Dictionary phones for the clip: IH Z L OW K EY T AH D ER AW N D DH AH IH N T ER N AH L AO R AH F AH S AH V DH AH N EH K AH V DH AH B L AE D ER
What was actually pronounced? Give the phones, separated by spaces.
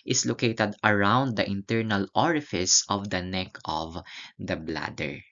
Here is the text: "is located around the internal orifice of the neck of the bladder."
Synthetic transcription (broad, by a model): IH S L OW K EY T AH D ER AW N D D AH IH N T ER N AH L AO R AH F AH S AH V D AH N EH K AH V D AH B L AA D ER